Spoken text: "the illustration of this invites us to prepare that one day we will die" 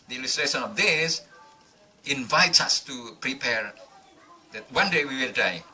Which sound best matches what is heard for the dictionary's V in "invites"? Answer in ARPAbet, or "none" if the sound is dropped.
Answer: V